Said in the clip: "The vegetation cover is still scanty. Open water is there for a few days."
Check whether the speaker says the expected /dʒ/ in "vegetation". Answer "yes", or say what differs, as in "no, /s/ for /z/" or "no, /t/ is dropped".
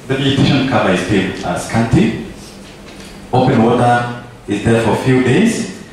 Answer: no, /dʒ/ is dropped